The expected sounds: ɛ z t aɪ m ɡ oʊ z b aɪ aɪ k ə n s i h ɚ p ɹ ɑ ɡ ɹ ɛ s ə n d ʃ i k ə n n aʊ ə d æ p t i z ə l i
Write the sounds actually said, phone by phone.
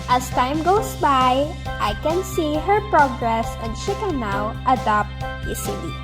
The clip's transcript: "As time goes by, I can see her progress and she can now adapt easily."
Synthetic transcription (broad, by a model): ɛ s t aɪ m ɡ oʊ s b aɪ aɪ k ə n s i h ɚ p ɹ ɑ ɡ ɹ ɛ s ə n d ʃ i k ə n n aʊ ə d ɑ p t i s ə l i